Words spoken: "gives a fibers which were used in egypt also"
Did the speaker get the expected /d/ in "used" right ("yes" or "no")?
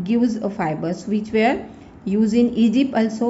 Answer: no